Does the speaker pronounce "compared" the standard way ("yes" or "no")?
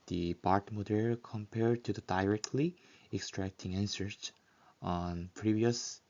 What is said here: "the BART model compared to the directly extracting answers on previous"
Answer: yes